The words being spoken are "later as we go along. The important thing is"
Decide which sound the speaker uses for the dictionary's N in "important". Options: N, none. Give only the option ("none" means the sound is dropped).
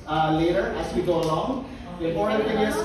none